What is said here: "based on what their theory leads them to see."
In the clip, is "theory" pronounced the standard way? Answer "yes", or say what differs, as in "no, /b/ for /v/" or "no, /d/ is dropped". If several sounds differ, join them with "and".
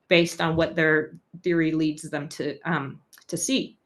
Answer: yes